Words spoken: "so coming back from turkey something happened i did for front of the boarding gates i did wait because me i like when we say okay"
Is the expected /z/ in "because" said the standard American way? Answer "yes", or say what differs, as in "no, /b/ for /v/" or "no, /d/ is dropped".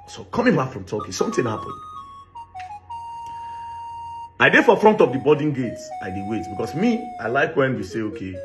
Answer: no, /s/ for /z/